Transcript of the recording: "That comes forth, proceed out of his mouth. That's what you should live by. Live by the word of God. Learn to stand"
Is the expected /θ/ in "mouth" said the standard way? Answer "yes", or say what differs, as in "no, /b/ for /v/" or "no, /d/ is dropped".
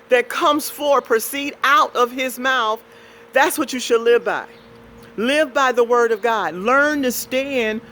yes